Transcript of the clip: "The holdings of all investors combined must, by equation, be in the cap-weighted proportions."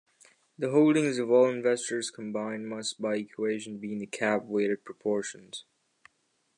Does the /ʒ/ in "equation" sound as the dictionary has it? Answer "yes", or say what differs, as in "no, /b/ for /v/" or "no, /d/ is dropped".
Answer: yes